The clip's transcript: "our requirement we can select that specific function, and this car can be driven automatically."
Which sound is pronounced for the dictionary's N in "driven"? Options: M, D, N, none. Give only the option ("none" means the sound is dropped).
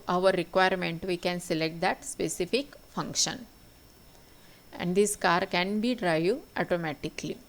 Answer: none